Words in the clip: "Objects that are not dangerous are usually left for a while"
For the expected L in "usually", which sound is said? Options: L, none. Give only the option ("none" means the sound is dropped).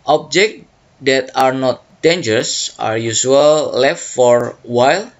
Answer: none